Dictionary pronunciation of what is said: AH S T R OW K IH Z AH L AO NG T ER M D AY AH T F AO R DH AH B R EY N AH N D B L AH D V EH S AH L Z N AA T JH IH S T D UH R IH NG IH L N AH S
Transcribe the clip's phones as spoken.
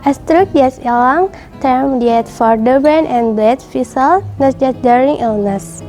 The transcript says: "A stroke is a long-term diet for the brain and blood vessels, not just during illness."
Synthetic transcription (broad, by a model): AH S T R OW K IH S AH L AO NG T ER M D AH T F AO R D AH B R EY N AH N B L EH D F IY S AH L N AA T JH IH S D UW R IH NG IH L N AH S